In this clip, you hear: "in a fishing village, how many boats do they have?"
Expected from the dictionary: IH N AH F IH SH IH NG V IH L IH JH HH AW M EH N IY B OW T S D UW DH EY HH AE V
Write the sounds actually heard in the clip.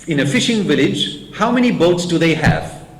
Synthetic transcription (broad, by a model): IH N AH F IH SH IH NG V IH L IH JH HH AW M EH N IY B OW T S D UW DH EY HH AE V